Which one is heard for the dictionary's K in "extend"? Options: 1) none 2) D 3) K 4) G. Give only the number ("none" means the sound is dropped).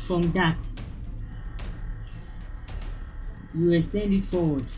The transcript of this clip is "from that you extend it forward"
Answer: 1